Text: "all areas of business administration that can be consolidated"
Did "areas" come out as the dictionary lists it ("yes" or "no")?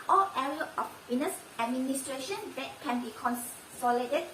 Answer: no